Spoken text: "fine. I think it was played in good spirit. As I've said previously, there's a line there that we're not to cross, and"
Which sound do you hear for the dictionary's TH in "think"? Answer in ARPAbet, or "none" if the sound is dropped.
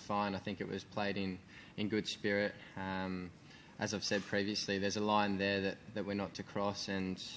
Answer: TH